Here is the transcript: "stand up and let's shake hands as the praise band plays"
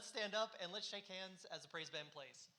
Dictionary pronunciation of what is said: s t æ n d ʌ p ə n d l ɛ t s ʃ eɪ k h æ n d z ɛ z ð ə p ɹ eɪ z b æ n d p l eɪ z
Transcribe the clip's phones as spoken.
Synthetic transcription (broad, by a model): s t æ n d ʌ p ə n l ɛ t s ʃ eɪ k h æ n d z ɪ z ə p ɹ eɪ z b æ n p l eɪ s